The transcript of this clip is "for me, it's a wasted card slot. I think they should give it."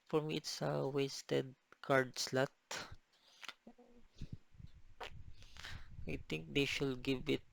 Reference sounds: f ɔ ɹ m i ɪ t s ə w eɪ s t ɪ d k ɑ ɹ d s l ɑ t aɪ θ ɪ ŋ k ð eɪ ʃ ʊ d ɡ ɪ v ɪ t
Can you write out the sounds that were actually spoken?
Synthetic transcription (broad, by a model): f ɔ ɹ m i ɪ t s ə w eɪ s t ɪ d k ɑ ɹ d s l ɑ t aɪ t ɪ ŋ k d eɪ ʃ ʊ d ɡ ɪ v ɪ t